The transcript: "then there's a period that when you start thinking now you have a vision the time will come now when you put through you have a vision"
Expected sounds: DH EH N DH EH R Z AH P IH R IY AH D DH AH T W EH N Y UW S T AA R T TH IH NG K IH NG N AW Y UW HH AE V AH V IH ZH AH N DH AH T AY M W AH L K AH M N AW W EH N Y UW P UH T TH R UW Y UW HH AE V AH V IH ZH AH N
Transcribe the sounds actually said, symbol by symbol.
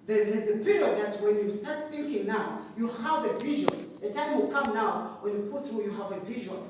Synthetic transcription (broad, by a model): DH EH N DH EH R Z AH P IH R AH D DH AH T W EH N Y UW S T AA R T TH IH NG K IH NG N AW Y UW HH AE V AH V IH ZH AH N DH AH T AY M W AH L K AH M N AW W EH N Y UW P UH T TH R UW Y UW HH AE V AH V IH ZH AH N